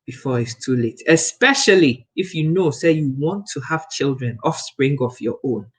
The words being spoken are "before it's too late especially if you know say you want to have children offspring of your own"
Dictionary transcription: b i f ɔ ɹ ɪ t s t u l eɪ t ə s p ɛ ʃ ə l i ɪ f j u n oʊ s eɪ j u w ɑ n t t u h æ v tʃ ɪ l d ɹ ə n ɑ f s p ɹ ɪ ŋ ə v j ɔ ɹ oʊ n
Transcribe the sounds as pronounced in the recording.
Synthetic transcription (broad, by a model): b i f ɔ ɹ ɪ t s t u l eɪ t ə s p ɛ ʃ ə l i ɪ f j u n oʊ s eɪ j u w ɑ n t t u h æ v tʃ ɪ l d ɹ ə n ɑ f s p ɹ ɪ ŋ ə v j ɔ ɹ oʊ n